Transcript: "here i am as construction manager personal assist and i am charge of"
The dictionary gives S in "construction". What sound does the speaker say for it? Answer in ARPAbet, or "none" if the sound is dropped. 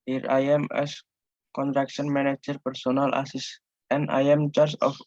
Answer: none